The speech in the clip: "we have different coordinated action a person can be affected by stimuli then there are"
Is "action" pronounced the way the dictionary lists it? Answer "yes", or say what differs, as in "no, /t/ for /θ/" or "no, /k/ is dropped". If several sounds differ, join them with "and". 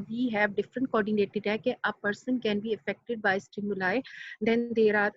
no, /ʃ/ is dropped